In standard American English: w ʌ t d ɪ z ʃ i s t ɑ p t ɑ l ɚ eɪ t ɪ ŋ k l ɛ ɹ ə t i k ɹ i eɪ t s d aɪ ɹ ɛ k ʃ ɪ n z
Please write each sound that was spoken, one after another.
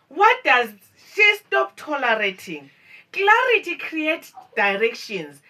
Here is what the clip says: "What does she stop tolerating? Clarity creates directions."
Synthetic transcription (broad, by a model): w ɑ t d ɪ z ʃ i s t ɑ p t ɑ l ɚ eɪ t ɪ ŋ k l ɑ ɹ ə t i k ɹ i eɪ t d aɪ ɹ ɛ k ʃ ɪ n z